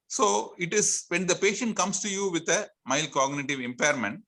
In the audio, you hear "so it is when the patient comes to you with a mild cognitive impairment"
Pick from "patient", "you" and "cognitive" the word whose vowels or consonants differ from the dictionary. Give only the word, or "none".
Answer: none